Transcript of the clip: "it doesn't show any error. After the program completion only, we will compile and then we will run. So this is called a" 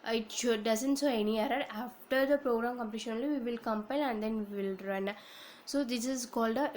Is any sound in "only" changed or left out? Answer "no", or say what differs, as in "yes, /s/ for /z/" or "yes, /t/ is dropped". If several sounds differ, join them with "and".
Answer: yes, /n/ is dropped